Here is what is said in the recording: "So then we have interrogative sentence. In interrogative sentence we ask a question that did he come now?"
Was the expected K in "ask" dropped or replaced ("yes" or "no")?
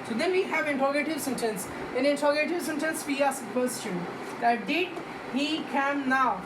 yes